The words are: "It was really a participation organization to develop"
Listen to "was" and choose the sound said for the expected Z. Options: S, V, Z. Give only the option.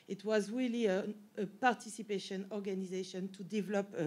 Z